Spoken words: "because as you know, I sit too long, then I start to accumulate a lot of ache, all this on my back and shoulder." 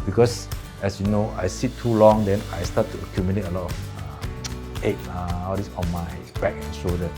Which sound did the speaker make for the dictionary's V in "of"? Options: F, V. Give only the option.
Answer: F